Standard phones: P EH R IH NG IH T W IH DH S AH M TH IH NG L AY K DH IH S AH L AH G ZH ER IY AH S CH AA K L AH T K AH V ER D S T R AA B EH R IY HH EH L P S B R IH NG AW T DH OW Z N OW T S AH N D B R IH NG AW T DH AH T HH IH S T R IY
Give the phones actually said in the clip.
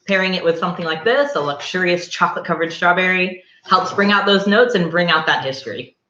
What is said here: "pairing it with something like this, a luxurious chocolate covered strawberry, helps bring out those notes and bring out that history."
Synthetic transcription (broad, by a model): P EH R IH NG IH T W IH DH S AH M TH IH NG L AY K DH IH S AH L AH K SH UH IY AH S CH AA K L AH T K AH V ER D S T R AA B EH R IY HH EH L P S B R IH NG AW T DH OW Z N OW T S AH N B R IH NG AW T DH AH T HH IH S T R IY